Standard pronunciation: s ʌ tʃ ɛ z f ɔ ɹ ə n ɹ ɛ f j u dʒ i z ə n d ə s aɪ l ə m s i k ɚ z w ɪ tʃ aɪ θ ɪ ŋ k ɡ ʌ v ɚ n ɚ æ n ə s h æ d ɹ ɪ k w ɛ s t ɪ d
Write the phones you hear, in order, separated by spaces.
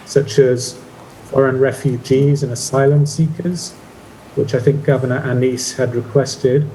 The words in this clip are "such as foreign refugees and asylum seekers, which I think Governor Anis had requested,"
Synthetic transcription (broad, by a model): s ʌ tʃ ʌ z f ɔ ɹ ə n ɹ ɛ f j u dʒ i z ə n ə s aɪ l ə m s i k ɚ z w ɪ tʃ aɪ θ ɪ ŋ k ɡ ʌ v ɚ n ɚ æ n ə s h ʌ d ɹ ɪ k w ɛ s t ɪ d